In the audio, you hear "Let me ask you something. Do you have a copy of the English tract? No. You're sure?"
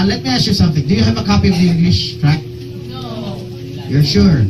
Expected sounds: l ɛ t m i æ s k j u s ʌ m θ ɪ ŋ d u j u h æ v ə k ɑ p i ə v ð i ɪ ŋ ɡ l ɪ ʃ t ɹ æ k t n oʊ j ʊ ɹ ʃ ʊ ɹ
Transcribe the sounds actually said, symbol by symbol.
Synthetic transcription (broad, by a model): l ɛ t m i æ s k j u s ʌ m θ ɪ ŋ d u j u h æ v ə k ɑ p i ə v ð i ɪ ŋ ɡ l ɪ ʃ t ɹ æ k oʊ j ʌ ɹ ʃ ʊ ɹ